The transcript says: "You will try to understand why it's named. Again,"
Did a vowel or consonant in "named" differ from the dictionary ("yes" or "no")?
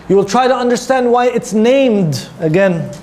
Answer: no